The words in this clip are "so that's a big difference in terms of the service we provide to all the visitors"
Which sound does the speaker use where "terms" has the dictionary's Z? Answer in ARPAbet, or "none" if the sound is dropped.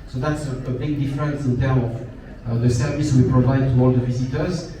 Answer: none